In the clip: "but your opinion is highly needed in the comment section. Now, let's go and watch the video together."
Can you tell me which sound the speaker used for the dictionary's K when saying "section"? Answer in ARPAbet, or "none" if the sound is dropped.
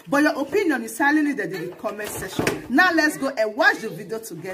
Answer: none